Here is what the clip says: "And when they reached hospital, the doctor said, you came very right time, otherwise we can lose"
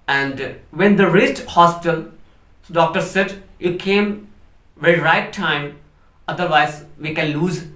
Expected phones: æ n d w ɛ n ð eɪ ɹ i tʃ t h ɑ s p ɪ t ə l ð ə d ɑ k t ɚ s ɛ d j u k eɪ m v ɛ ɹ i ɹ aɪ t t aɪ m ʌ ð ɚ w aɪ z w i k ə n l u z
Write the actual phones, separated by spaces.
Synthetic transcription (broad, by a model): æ n d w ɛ n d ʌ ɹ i s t h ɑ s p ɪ t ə l d ɑ k t ɚ s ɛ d j u k eɪ m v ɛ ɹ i ɹ aɪ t t aɪ m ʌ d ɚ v aɪ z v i k ə n l u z